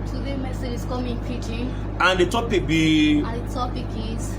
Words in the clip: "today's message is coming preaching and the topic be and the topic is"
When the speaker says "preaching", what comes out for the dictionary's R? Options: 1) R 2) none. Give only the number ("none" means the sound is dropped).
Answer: 2